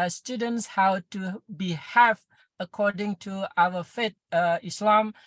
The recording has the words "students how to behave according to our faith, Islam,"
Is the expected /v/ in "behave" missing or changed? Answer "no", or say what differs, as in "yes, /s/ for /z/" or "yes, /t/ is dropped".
yes, /f/ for /v/